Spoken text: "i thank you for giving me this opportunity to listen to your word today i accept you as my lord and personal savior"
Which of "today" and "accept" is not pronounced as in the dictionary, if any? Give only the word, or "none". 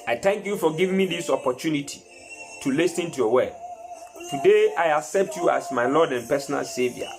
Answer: none